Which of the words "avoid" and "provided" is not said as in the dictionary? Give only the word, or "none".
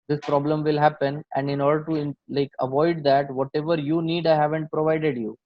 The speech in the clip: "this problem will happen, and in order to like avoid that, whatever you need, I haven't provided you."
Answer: none